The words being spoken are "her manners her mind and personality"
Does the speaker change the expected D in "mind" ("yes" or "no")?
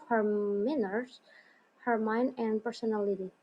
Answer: no